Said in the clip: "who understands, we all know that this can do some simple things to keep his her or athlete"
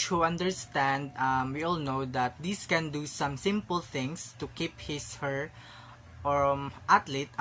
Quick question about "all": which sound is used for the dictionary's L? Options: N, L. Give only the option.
L